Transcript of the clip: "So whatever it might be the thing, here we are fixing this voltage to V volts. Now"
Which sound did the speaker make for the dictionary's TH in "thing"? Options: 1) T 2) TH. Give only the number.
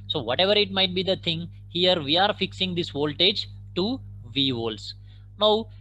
1